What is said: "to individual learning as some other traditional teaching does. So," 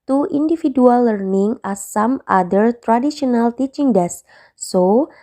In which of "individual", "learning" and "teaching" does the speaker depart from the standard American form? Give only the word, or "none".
individual